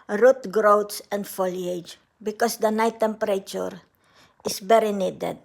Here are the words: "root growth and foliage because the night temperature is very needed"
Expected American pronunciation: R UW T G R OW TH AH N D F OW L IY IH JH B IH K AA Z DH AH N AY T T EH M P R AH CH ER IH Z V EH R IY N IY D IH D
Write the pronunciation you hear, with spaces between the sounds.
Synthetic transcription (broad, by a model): R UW T G R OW S AH N D F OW L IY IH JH B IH K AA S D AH N AY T T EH M P R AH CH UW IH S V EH R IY N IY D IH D